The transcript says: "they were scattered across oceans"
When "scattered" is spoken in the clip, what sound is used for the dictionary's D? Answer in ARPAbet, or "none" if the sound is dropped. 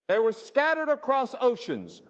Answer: D